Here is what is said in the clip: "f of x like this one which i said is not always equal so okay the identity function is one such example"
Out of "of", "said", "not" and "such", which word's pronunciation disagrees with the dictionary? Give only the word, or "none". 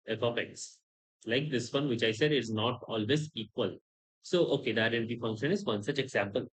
of